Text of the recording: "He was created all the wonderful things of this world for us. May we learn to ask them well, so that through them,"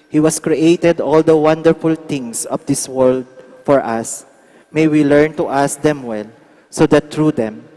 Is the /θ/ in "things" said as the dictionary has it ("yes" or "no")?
no